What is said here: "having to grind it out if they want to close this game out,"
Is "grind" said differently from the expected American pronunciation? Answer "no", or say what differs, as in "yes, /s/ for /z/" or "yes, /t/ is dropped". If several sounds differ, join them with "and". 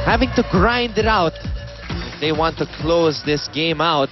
no